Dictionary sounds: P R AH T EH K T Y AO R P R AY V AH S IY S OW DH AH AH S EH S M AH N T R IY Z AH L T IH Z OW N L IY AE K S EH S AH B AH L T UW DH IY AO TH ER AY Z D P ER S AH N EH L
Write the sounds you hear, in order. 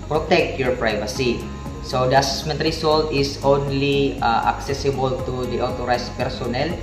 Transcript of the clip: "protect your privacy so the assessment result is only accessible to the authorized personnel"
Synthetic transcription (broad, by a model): P R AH T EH K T Y AO R P R AY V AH S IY S OW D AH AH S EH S M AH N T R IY S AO L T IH S OW N L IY AE K S EH S AH B AH L T UW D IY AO T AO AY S P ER S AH N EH L